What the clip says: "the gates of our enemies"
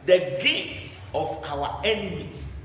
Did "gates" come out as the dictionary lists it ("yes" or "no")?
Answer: yes